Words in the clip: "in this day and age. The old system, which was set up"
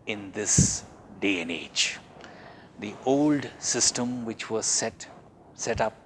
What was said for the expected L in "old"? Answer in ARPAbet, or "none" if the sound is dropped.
L